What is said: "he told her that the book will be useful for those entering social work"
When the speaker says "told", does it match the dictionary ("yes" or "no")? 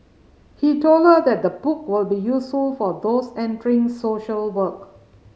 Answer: yes